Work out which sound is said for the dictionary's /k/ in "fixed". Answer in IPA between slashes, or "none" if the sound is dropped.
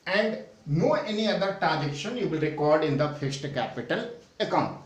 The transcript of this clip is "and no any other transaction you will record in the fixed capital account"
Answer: none